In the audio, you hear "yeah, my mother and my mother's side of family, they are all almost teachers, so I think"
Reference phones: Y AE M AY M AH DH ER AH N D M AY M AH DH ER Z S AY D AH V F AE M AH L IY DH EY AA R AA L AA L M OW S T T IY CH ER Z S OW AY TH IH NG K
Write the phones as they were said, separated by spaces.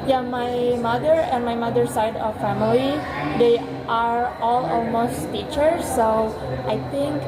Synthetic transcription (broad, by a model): Y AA M AY M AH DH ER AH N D M AY M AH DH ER S AY D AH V F AE M AH L IY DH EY AA R AA L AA L M OW S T T IY CH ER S OW AY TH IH NG K